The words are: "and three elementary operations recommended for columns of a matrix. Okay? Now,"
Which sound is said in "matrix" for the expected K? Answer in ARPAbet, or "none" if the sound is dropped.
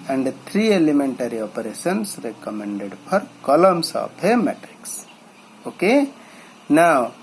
K